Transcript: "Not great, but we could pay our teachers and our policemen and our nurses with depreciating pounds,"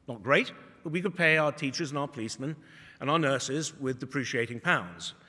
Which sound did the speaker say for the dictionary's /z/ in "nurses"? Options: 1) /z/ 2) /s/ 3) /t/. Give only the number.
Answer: 1